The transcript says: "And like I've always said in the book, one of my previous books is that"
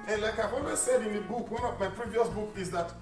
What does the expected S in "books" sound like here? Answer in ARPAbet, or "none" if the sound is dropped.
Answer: none